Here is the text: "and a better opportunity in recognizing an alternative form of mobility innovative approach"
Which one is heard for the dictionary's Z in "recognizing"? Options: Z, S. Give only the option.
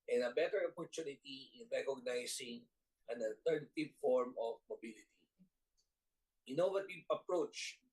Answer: S